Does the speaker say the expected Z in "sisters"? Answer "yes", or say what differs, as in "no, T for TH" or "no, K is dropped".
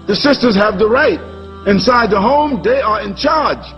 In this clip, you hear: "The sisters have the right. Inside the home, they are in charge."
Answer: yes